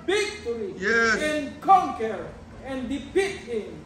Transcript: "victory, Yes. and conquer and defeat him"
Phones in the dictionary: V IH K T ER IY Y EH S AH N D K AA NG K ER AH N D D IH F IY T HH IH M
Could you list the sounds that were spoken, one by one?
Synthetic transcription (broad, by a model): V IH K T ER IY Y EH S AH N K AA NG K ER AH N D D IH P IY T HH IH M